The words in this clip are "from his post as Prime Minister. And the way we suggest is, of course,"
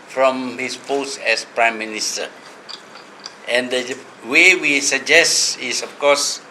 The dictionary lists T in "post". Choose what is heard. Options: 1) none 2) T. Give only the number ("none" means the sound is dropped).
1